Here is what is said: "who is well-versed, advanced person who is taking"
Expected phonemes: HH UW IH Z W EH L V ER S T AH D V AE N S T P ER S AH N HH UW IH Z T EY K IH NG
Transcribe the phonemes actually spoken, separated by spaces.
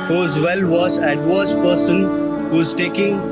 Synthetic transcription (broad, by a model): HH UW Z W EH L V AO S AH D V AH S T P ER S AH N HH UW IH Z T EY K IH NG